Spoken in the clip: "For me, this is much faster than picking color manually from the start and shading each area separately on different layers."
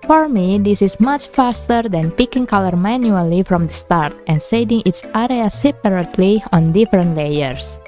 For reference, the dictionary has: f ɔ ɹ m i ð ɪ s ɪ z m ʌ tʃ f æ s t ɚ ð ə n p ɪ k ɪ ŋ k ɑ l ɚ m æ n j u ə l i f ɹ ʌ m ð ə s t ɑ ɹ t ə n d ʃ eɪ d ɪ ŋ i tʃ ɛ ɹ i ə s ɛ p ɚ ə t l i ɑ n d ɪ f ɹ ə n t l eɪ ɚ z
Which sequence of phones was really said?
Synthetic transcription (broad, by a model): f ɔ ɹ m i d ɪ s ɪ s m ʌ tʃ f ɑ s t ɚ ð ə n p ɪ k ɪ ŋ k ɑ l ɚ m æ n j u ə l i f ɹ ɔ m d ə s t ɑ ɹ t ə n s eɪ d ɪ ŋ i s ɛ ɹ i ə s ɛ p ɚ ə t l i ɑ n d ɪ f ɹ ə n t l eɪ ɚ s